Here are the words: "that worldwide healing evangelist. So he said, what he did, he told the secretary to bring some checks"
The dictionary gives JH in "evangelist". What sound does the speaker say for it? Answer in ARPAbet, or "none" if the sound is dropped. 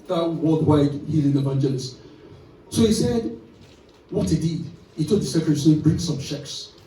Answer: JH